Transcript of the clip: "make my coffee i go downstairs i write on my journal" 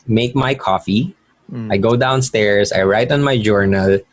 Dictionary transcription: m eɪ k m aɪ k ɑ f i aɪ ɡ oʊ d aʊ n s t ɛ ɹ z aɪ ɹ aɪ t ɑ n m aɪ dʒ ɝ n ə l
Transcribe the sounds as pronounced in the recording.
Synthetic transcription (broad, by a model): m eɪ k m aɪ k ɑ f i aɪ ɡ oʊ d aʊ n s t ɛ ɹ s aɪ ɹ aɪ t ɑ n m aɪ dʒ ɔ n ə l